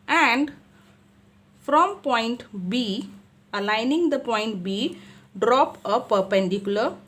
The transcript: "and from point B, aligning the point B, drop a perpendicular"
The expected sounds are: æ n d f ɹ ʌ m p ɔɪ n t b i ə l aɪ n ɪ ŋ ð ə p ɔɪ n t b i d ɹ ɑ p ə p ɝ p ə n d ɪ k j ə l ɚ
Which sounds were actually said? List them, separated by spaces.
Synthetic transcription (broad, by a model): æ n d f ɹ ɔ m p ɔɪ n t b i ə l aɪ n ɪ ŋ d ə p ɔɪ n t b i d ɹ ɑ p ə p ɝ p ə n d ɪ k j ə l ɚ